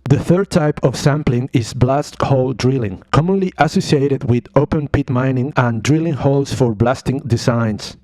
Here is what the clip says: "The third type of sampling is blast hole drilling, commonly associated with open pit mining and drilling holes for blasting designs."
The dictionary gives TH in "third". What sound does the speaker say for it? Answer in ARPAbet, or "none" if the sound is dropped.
TH